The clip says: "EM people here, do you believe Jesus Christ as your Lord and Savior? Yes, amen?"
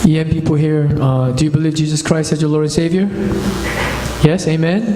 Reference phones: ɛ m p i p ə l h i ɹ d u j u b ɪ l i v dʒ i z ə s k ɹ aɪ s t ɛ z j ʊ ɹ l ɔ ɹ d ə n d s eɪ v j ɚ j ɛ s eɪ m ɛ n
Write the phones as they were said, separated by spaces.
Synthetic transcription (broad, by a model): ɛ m p i p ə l h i ɹ d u j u b ɪ l i v dʒ i z ə s k ɹ aɪ s t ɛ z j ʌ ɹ l ɔ ɹ d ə n s eɪ v j ɚ j ɛ s eɪ m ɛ n